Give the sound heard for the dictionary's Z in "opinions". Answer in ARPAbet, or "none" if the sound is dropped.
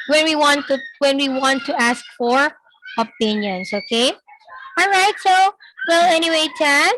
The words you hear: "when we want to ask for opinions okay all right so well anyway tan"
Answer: S